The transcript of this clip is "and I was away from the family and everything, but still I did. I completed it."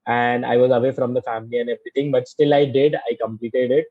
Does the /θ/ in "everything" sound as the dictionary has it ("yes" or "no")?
no